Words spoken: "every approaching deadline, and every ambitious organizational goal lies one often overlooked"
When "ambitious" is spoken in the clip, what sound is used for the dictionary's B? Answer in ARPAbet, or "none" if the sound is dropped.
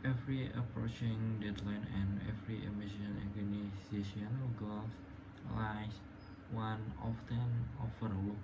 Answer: none